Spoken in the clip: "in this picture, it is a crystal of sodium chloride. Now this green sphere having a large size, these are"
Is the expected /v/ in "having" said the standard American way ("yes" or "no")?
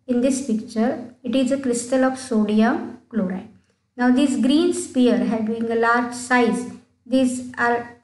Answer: no